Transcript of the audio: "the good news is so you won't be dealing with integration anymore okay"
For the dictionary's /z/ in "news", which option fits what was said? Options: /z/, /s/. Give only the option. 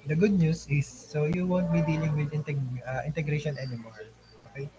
/s/